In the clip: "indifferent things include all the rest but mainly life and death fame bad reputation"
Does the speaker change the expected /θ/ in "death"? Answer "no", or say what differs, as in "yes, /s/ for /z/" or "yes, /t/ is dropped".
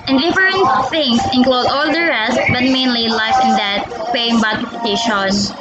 yes, /t/ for /θ/